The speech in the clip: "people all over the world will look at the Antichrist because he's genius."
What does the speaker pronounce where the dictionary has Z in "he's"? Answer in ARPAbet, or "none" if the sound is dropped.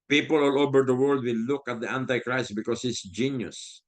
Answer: S